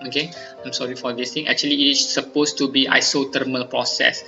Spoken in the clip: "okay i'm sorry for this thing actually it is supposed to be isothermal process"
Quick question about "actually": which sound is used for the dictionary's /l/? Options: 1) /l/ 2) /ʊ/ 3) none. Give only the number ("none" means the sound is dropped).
3